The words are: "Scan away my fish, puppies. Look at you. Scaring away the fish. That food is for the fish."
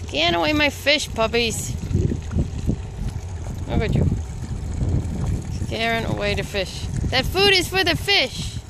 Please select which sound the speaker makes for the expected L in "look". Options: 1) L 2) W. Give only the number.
2